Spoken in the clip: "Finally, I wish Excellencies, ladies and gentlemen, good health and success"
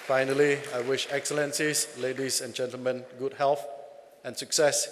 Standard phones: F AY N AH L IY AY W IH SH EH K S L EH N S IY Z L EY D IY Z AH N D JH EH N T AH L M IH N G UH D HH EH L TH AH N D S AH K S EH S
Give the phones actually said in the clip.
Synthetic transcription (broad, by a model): F AY N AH L IY AY W IH SH EH K S L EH N S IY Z L EY D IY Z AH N JH EH N T AH L M IH N G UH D HH EH L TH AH N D S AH K S EH S